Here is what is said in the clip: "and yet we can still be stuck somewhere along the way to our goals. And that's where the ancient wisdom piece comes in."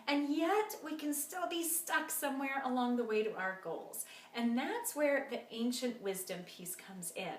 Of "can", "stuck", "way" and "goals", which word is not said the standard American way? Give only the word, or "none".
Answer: none